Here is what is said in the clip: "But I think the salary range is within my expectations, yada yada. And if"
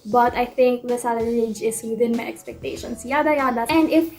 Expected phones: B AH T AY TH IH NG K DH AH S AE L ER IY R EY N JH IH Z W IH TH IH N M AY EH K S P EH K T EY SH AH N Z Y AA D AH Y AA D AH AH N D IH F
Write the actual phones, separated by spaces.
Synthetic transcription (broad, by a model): B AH T AY T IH NG K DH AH S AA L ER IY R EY JH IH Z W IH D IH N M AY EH K S P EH K T EY SH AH N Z Y AA D AH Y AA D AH AH N D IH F